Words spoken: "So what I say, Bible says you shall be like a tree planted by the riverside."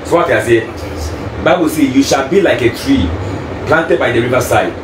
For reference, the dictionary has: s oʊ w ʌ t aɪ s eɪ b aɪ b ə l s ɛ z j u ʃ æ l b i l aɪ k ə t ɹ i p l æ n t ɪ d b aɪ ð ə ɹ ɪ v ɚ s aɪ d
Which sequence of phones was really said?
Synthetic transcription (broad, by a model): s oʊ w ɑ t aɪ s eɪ b aɪ b ə l s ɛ j u ʃ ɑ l b i l aɪ k ə t ɹ i p l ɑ n t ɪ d b aɪ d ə ɹ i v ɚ s aɪ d